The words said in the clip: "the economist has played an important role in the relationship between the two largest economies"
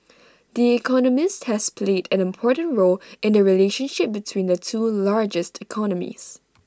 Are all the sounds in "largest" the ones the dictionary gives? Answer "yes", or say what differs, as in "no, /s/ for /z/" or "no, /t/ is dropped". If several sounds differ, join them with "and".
yes